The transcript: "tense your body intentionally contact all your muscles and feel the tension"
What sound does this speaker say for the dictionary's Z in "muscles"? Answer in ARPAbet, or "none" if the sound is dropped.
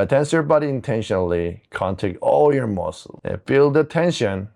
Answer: none